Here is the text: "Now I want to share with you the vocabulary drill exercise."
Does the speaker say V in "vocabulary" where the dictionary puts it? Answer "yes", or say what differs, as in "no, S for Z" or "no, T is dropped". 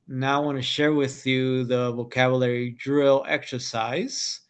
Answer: yes